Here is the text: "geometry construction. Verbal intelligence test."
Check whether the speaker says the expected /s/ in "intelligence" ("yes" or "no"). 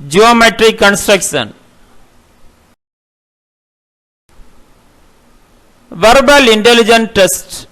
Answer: no